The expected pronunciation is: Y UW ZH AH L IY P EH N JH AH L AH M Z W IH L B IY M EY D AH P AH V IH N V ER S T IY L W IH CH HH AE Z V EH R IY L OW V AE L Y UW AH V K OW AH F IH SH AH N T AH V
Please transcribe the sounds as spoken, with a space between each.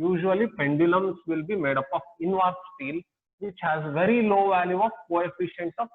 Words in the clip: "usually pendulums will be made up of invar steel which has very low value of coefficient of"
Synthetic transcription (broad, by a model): Y UW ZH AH L IY P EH N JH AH L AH M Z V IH L B IY M EY D AH P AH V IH N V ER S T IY L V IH CH HH AE Z V EH R IY L OW V AE L Y UW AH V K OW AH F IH SH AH N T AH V